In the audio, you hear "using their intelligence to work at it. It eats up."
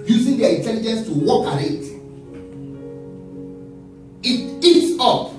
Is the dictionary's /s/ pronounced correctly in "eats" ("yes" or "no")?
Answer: yes